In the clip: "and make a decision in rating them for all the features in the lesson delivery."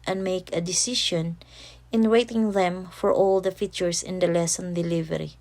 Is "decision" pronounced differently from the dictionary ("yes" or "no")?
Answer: yes